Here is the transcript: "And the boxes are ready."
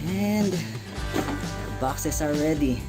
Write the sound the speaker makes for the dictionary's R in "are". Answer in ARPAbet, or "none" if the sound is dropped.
L